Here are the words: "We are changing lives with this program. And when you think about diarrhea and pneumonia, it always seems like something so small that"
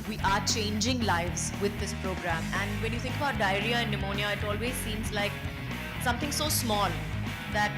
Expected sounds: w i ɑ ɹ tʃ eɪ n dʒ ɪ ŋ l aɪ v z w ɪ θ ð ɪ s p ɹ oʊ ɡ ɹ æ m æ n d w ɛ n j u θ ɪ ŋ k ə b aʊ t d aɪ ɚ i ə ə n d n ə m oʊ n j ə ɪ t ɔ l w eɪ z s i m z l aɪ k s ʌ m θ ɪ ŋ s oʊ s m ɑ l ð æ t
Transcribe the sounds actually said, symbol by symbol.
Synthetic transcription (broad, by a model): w i ɑ ɹ tʃ eɪ n dʒ ɪ ŋ l aɪ v z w ɪ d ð ɪ s p ɹ oʊ ɡ ɹ æ m æ n d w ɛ n j u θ ɪ ŋ k ə b aʊ t d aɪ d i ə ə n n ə m oʊ n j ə ɪ t ɔ l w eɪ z s i m z l aɪ k s ʌ m t ɪ ŋ s oʊ s m ɑ l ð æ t